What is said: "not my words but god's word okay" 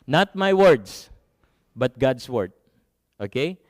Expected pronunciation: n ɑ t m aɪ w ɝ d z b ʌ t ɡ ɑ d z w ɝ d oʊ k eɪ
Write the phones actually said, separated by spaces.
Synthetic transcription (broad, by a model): n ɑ t m aɪ w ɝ d s b ʌ t ɡ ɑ d s w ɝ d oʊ k eɪ